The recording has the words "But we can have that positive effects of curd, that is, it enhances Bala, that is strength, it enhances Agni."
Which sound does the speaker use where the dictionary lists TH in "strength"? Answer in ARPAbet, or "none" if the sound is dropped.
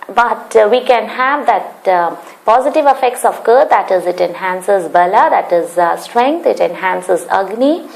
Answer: T